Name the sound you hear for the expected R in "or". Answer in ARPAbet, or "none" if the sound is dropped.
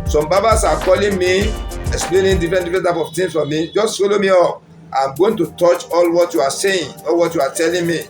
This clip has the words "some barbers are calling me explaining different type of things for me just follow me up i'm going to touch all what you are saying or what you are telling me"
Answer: L